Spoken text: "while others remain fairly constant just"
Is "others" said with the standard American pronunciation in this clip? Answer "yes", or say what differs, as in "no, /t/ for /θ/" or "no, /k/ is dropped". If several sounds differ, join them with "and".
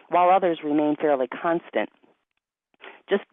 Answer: yes